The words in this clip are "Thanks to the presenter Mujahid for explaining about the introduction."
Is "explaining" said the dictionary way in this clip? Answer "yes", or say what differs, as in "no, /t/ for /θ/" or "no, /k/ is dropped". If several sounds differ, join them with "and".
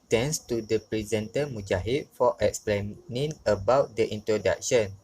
yes